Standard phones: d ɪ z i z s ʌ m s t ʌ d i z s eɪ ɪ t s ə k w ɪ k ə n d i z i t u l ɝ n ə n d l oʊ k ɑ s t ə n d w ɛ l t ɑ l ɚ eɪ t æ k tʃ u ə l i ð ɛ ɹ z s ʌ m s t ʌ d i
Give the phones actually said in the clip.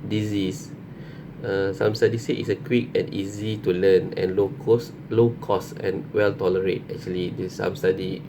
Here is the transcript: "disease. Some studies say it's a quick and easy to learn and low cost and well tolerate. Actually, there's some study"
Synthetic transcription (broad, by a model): d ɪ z i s s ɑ m s t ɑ d i s eɪ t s ə k w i k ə n i z i t u l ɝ n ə n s l oʊ k ɑ s ə n w ɛ l t ɑ l ɚ eɪ t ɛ k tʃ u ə l i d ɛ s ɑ m s t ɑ d i